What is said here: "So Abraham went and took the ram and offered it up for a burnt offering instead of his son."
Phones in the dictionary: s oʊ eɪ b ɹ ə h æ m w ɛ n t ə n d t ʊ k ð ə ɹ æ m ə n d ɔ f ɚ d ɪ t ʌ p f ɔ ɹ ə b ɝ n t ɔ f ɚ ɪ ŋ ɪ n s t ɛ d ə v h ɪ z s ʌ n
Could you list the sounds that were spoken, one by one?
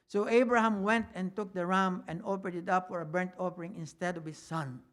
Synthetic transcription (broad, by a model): s oʊ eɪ b ɹ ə h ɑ m w ɛ n t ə n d t ʊ k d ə ɹ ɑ m ə n d ɔ p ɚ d ɪ t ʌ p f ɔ ɹ ə b ɝ n t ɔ p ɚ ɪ ŋ ɪ n s t ɛ d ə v h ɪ s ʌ n